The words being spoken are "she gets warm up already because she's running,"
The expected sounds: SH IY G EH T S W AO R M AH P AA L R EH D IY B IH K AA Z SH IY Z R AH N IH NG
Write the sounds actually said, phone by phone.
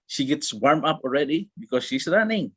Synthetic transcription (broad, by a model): SH IY G EH T S W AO R M AH P AA L R EH D IY B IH K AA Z SH IY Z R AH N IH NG